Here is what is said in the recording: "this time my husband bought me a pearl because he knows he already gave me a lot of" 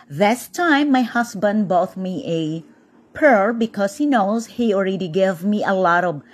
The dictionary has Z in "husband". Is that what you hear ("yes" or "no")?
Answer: no